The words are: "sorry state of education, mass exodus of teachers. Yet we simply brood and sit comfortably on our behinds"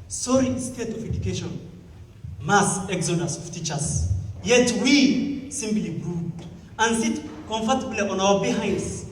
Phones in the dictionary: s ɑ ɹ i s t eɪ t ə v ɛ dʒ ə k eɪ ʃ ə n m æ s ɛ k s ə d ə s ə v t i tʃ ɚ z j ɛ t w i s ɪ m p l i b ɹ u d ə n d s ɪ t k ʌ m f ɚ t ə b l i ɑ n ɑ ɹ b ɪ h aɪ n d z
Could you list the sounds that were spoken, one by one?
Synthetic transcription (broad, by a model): s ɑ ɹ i s t eɪ t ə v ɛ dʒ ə k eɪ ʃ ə n m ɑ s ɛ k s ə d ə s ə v t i tʃ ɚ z j ɛ t w i s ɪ m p l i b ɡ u ə n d s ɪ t k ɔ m f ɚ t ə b l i ɑ n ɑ w b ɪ h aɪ n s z